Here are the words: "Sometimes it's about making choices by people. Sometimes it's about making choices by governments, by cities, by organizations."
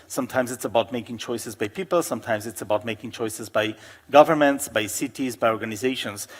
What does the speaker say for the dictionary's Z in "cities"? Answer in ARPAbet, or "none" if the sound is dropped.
Z